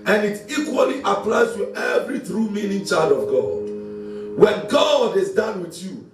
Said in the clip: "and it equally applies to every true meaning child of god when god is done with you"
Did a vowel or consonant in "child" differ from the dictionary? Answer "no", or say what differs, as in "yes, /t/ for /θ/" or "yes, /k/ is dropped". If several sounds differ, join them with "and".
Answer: no